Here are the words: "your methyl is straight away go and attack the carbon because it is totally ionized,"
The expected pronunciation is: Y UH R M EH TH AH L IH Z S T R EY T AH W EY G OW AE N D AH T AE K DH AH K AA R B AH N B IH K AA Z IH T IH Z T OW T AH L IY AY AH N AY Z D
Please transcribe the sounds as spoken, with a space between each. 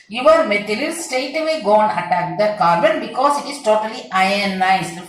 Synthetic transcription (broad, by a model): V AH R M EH T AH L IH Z S T EY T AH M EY G OW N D AH T AE K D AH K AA R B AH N B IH K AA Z IH T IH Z T OW T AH L IY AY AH N AY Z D